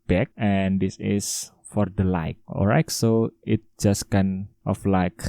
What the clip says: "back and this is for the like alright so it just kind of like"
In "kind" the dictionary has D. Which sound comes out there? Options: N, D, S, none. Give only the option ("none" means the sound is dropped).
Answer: none